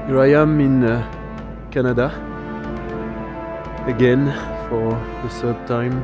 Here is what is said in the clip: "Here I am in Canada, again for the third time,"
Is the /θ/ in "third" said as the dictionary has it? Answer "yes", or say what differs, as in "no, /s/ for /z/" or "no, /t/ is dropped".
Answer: no, /s/ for /θ/